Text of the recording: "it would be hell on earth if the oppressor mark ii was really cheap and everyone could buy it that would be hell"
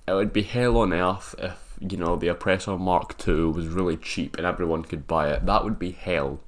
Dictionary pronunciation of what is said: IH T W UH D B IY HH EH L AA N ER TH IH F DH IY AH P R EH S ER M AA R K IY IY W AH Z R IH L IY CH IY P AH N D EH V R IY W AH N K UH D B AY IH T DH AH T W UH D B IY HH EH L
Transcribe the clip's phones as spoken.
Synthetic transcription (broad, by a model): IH T W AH D B IY HH EH L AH N ER TH IH F DH IY AH P R EH S ER M AA R K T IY W AH Z R IH L IY CH IY P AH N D EH V R IY W AH N K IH D B AY IH T DH AH T W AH D B IY HH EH L